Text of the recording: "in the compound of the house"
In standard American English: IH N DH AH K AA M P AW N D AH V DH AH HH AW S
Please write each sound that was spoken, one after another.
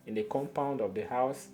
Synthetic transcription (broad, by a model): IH N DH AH K AA M P AW N D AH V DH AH HH AW S